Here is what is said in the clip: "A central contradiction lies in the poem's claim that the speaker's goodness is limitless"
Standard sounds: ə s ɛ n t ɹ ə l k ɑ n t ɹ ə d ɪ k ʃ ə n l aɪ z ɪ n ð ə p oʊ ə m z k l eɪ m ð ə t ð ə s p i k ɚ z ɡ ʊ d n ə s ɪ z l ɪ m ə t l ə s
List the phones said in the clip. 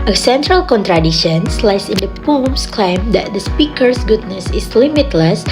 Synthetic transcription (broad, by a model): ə s ɛ n t ɹ ə l k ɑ n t ɹ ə d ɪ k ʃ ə n l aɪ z ɪ n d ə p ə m s k l eɪ m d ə t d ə s p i k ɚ s ɡ ʊ d n ə s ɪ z l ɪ m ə t l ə s